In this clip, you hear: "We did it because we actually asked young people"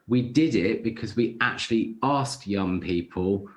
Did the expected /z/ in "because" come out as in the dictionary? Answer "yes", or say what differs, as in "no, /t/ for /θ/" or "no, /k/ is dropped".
yes